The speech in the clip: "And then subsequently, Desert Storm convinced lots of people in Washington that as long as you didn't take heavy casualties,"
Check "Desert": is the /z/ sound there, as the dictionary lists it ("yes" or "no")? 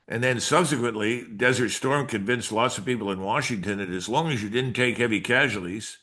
yes